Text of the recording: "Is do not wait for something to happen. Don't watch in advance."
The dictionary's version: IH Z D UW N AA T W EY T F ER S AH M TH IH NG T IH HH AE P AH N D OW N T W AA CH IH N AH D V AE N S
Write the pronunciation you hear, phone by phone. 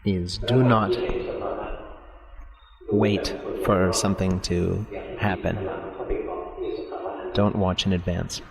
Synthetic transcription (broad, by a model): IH Z D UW N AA T W EY T F ER S AH M TH IH NG T IH HH AE P AH N D OW N T W AA CH IH N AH D V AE N S